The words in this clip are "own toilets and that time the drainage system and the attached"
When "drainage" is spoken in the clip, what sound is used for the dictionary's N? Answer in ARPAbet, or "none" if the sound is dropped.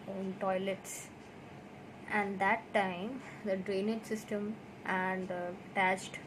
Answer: N